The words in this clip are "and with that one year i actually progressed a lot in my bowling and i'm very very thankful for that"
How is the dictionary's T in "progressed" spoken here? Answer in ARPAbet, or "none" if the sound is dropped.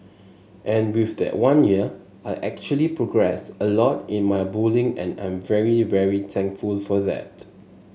none